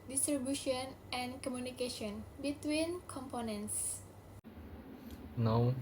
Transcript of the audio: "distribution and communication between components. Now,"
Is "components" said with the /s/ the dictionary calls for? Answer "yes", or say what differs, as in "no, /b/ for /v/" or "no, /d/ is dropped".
yes